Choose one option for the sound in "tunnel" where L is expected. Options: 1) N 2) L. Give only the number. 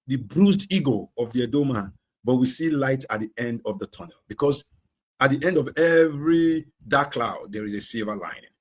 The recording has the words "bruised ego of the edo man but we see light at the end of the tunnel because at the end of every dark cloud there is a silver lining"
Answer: 2